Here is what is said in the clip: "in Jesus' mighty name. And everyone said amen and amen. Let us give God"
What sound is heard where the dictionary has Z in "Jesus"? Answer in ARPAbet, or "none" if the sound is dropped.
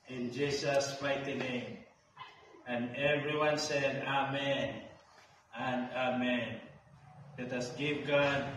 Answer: S